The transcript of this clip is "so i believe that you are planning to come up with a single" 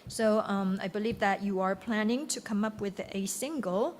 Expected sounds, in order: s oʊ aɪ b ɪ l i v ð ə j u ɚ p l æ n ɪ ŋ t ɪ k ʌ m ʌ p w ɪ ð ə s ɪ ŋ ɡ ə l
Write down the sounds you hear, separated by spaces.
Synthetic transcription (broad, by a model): s oʊ aɪ b ɪ l i v ð ə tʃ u ɚ p l æ n ɪ ŋ t ɪ k ʌ m ʌ p w ɪ ð ə s ɪ ŋ ɡ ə l